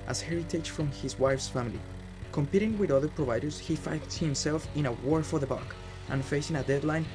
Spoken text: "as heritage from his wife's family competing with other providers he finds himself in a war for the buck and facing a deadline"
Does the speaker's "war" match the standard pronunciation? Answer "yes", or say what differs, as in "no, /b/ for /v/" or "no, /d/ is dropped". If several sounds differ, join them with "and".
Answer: yes